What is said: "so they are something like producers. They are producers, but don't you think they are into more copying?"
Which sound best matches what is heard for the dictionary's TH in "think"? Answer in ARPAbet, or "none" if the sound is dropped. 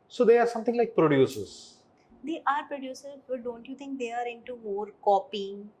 T